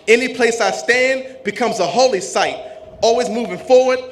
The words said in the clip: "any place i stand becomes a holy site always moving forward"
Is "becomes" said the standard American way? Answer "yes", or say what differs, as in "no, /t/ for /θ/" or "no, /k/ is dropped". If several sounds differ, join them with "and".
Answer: yes